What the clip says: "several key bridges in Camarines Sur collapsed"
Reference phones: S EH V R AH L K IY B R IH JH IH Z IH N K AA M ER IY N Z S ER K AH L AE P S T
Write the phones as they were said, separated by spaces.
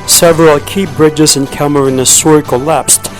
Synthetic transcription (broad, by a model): S EH V R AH L K IY B R IH JH IH Z IH N K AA M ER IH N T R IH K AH L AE P S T